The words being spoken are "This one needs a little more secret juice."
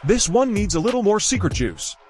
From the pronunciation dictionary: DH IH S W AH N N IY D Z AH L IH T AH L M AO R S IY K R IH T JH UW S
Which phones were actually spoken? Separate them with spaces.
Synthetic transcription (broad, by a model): DH IH S W AH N N IY D Z AH L IH T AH L M AO R S IY K R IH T UW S